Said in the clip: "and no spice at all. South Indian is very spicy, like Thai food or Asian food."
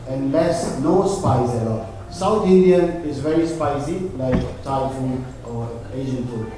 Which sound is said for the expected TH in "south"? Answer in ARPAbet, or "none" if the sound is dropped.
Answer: T